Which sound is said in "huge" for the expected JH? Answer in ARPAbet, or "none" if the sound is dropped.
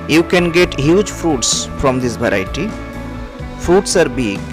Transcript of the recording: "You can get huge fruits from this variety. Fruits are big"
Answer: JH